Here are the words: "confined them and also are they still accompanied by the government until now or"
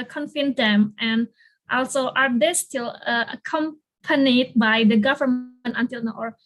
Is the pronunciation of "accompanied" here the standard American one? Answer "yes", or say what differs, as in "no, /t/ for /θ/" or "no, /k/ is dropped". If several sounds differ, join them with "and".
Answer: yes